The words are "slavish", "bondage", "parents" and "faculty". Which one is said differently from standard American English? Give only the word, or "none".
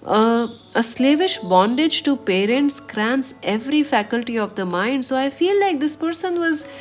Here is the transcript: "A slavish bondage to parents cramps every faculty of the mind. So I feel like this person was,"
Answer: none